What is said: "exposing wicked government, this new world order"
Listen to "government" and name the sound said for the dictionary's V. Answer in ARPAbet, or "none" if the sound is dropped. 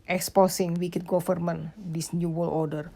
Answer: F